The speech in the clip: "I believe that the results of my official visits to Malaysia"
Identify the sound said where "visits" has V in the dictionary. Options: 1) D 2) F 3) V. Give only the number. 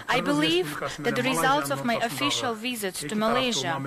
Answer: 3